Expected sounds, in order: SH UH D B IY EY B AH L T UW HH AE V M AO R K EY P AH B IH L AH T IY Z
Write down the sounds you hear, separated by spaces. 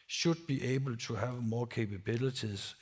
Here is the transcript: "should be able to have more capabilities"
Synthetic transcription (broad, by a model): SH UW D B IY EY B AH L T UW HH AE V M AO K EY P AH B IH L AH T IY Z